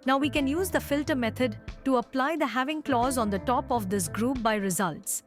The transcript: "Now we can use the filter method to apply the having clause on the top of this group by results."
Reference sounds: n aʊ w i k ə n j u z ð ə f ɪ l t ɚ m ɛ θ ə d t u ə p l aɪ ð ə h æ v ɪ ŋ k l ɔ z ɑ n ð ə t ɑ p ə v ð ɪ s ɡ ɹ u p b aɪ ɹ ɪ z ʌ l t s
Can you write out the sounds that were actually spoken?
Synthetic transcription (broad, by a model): n aʊ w i k ə n j u z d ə f ɪ l t ɚ m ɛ t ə d t u ə p l aɪ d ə h æ v ɪ ŋ k l ɔ z ɑ n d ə t ɑ p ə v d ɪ s ɡ ɹ u p b aɪ ɹ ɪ z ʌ l t s